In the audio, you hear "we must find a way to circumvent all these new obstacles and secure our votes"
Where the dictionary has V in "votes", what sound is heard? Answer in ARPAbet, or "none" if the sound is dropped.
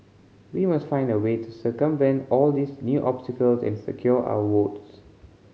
W